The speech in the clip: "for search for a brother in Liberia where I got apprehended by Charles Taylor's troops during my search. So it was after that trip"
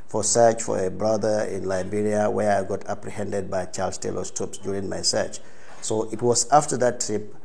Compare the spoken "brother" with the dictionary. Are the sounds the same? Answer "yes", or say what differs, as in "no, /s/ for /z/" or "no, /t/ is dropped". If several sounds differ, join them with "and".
yes